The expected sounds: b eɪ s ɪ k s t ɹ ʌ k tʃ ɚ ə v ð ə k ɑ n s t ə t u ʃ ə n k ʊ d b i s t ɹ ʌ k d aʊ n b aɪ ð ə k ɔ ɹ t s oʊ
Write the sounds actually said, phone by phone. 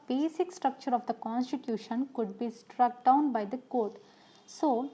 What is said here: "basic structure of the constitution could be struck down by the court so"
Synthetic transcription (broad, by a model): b eɪ s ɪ k s t ɹ ʌ k tʃ ɚ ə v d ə k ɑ n s t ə t u ʃ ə n k ʊ d b i s t ɹ ʌ k d aʊ n b aɪ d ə k ɔ ɹ t s oʊ